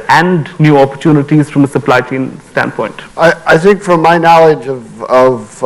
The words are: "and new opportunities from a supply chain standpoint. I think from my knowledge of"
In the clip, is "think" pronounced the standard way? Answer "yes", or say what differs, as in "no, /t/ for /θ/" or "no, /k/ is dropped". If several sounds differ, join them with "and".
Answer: yes